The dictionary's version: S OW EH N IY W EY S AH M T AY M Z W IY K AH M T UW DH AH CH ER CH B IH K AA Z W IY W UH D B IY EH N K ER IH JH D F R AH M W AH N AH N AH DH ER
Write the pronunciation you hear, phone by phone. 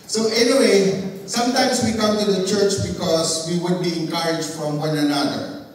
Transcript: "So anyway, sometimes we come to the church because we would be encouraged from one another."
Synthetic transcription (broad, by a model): S OW EH N IY W EY S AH M T AY M S W IY K AH M T UW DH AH CH ER CH B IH K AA S W IY W UH D B IY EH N K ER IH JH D F R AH M W AH N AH N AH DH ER